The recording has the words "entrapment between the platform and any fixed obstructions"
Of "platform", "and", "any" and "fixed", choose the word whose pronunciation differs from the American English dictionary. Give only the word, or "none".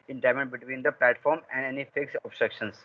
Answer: fixed